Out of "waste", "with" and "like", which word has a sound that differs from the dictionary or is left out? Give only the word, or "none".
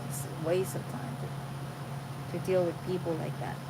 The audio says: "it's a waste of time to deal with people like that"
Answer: waste